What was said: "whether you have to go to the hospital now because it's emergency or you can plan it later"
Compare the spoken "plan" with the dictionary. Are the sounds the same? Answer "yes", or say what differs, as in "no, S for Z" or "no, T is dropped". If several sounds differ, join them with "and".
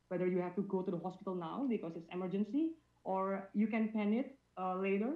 no, L is dropped